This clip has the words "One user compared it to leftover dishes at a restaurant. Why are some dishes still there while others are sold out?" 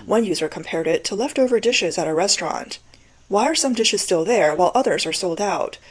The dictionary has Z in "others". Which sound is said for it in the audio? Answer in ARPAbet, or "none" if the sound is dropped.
Z